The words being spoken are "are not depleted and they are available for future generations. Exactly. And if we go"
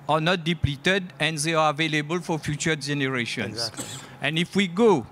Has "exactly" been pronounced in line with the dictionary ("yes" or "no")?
no